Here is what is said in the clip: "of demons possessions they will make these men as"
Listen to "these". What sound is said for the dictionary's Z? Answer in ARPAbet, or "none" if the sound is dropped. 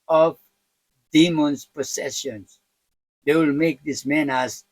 S